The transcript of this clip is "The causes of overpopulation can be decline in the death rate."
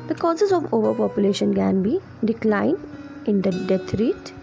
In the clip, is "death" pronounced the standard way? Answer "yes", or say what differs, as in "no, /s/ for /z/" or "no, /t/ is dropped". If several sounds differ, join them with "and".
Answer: no, /t/ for /θ/